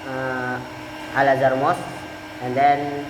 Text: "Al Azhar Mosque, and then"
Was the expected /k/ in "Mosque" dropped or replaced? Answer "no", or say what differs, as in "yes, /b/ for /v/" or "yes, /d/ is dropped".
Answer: yes, /k/ is dropped